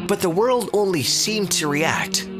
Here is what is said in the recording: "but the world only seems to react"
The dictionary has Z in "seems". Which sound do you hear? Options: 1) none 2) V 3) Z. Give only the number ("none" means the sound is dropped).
1